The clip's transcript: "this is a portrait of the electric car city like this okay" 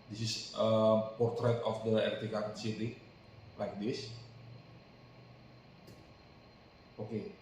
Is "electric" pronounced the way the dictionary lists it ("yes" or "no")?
no